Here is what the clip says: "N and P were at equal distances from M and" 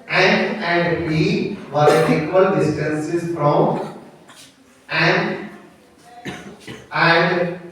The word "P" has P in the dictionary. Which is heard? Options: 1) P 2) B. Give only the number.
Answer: 2